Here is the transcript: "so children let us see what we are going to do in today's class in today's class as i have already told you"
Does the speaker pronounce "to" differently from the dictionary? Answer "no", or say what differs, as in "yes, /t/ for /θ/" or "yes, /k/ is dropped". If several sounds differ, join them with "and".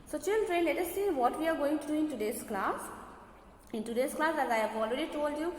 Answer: no